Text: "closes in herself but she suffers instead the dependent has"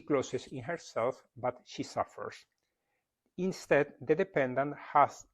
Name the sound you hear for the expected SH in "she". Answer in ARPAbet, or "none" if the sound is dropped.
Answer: SH